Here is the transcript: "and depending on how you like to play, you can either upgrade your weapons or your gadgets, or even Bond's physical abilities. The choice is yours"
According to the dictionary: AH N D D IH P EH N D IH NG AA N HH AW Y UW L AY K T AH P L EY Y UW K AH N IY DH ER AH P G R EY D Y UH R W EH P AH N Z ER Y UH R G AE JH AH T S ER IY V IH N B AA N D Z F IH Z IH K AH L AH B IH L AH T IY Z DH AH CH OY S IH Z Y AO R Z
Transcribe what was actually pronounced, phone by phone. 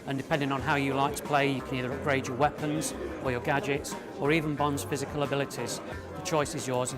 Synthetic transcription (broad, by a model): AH N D D IH P EH N D IH NG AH N HH AW Y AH L AY K T AH P L EY Y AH K AH N IY DH ER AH P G R EY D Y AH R W EH P AH N Z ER Y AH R G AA JH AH T S ER IY V IH N B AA N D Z F IH Z IH K AH L AH B IH L AH T IY Z DH AH CH OY S IH Z Y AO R Z